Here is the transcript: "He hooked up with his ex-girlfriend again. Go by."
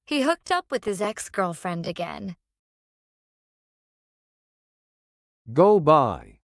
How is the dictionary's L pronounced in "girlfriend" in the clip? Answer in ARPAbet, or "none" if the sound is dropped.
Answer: L